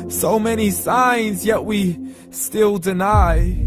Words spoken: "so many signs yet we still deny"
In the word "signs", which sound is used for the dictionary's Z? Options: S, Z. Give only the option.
Z